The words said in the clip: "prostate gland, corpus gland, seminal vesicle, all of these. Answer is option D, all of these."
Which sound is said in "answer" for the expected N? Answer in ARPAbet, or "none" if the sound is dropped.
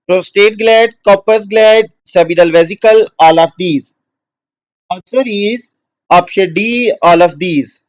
none